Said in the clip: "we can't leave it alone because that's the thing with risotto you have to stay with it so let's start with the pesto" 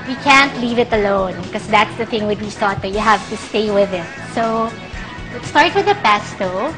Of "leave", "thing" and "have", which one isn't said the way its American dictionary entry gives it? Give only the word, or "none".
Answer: none